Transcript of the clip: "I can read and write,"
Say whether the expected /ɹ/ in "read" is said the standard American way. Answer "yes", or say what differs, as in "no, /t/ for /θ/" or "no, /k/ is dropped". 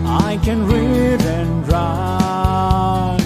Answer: yes